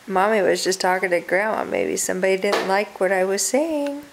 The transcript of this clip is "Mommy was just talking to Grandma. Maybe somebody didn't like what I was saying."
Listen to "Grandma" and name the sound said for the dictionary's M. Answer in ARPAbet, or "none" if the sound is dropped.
none